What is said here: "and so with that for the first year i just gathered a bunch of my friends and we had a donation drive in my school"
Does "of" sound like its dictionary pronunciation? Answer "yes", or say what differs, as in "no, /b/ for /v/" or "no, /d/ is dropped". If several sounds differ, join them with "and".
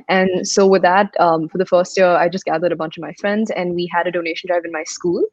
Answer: yes